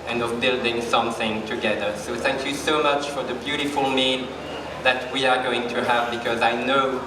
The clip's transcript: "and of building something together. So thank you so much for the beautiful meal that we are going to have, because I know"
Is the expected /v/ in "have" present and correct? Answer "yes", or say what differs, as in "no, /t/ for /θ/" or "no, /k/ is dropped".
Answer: yes